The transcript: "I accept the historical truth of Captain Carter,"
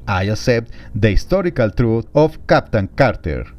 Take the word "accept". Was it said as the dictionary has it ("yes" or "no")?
no